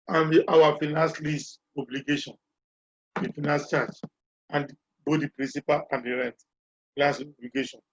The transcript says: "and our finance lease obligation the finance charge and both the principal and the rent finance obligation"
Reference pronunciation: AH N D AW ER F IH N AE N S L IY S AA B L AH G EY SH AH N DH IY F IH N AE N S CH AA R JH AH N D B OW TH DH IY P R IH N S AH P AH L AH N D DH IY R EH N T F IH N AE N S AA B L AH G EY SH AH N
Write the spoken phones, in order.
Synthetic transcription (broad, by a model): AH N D AW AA F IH N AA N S L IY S AA B L AH G EY SH AH N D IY F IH N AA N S CH AA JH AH N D B OW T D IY P R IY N S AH P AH L AH N D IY R EH N T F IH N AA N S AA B L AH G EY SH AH N